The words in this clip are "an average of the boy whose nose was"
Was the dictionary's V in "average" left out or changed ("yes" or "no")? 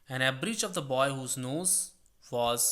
yes